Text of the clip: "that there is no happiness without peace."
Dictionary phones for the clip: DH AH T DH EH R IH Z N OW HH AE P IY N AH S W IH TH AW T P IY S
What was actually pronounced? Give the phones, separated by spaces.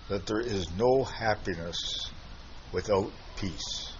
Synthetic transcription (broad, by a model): DH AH T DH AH R IH Z N OW HH AE P IY N AH S W IH TH AW T P IY S